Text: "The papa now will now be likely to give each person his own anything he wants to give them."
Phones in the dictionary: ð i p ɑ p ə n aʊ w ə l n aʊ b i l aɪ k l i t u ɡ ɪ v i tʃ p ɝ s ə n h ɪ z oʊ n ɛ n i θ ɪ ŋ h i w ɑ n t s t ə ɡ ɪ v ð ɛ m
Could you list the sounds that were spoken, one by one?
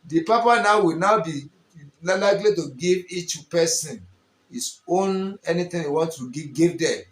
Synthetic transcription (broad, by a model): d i p ɑ p ə n aʊ w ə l n aʊ b i l aɪ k l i t u ɡ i v i tʃ p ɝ s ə n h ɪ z oʊ n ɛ n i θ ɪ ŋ h i w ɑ n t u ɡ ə ɡ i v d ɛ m